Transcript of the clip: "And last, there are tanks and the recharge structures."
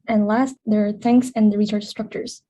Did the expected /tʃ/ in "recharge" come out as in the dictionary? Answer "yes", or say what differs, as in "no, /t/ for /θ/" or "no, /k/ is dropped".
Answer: no, /s/ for /tʃ/